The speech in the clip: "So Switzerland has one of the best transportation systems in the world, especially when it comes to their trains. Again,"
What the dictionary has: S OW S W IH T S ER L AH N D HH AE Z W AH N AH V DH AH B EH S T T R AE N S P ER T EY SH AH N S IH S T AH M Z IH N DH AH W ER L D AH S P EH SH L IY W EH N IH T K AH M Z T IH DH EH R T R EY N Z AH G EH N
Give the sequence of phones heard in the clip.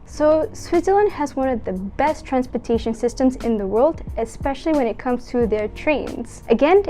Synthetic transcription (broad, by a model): S OW S W IH T S ER L AH N D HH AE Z W AH N AH V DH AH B EH S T T R AE N S P ER T EY SH AH N S IH S T AH M Z IH N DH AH W ER L D AH S P EH SH L IY W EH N IH T K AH M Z T IH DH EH R T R EY N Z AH G EH N